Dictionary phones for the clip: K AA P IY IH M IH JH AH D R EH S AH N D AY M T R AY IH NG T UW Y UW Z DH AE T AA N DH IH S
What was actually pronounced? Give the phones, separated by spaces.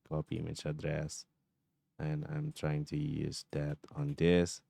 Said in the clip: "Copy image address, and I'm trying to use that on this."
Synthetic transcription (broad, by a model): K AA P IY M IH CH AH D R EH S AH N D AY M T R AY IH NG T UW Y UW Z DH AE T AA N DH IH S